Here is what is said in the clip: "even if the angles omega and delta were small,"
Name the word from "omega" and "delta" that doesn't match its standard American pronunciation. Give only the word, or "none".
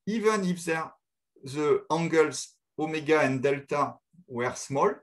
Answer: none